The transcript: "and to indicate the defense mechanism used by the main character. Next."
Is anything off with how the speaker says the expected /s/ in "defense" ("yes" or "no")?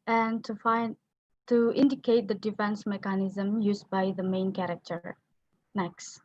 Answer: no